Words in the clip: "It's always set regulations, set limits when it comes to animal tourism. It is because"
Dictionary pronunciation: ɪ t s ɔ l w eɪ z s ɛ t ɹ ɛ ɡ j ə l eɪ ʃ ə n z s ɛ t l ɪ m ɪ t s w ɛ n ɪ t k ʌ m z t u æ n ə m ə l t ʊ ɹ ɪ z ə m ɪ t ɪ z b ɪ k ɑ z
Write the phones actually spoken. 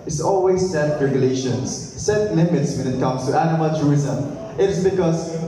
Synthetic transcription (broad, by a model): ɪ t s ɔ l w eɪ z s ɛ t ɹ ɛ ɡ j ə l eɪ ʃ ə n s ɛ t l ɪ m ɪ t s w ɛ n ɪ t k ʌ m s t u æ n ə m ə l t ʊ ɹ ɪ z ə m ɪ t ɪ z b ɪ k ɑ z